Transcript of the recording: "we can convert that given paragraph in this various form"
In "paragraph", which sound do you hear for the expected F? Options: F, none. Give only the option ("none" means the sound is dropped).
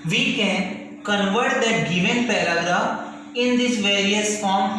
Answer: none